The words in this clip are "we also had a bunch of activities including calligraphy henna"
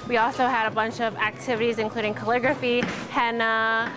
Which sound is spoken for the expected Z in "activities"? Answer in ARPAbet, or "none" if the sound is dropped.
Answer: Z